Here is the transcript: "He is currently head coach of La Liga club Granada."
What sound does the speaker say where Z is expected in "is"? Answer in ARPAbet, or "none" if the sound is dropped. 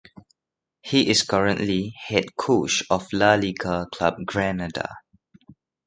S